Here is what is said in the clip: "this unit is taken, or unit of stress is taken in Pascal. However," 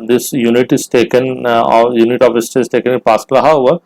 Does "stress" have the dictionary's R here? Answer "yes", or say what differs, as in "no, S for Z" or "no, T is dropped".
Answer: no, R is dropped